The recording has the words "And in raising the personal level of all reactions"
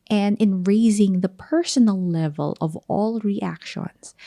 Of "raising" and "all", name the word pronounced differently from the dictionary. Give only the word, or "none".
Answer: none